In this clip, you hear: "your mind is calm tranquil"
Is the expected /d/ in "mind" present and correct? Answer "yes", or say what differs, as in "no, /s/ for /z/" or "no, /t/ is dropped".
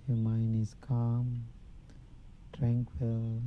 no, /d/ is dropped